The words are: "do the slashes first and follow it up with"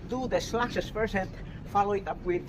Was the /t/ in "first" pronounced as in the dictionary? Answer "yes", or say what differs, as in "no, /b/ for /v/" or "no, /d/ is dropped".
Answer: no, /t/ is dropped